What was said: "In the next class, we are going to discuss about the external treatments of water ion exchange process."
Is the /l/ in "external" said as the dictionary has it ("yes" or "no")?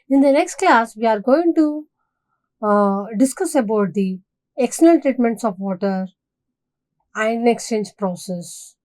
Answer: no